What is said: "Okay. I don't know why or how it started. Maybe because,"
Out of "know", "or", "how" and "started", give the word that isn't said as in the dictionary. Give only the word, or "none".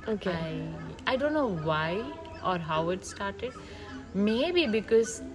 none